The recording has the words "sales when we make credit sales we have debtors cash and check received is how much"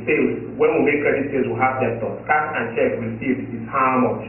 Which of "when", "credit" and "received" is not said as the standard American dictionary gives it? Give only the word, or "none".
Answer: received